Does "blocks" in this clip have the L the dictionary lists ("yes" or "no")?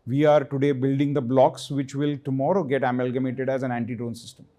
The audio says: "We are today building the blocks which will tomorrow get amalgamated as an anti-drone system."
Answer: yes